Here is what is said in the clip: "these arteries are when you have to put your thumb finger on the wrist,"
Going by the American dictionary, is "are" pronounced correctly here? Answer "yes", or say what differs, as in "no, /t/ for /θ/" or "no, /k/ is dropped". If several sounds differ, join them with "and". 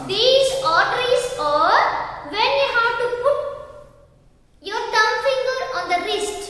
yes